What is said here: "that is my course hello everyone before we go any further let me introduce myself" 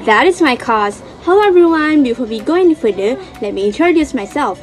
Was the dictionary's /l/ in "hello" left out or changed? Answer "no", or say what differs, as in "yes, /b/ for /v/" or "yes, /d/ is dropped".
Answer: yes, /l/ is dropped